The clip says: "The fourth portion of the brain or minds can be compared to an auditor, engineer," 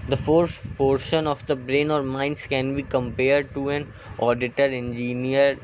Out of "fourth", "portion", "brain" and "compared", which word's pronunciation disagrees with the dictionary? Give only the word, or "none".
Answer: fourth